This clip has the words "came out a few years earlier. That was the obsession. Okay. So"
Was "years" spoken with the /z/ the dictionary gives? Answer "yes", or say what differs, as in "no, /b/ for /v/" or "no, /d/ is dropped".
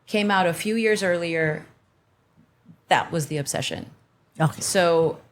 yes